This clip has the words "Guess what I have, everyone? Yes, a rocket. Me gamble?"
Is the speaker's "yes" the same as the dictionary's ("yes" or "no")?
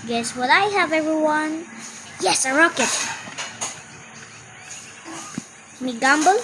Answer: yes